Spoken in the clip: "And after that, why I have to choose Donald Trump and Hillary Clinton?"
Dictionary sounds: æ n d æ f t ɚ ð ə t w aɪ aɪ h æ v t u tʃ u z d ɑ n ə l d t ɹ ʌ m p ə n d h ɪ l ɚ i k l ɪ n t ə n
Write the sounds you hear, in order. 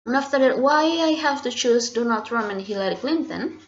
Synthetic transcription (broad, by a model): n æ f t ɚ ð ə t w aɪ aɪ h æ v t u tʃ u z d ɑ n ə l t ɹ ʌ m ə n h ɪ l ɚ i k l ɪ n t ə n